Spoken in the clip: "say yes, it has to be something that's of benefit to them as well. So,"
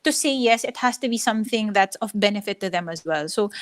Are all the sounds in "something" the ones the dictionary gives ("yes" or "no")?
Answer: yes